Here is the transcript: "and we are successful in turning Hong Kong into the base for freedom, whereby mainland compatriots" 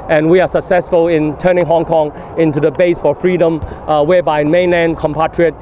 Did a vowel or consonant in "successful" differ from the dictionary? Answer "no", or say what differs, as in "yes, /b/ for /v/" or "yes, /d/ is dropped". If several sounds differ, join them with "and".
no